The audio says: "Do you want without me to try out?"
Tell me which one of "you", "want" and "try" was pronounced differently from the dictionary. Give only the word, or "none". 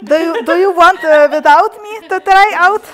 none